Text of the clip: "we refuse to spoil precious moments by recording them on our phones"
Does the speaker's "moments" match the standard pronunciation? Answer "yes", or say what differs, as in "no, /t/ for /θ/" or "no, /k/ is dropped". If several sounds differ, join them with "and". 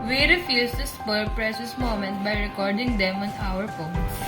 no, /s/ is dropped